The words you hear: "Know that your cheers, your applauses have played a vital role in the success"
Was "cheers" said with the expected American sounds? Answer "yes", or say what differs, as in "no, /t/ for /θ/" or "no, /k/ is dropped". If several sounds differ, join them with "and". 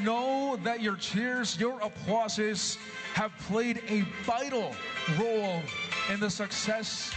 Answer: yes